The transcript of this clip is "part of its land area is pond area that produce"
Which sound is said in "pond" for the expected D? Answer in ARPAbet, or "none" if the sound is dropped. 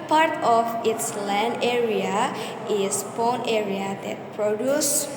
none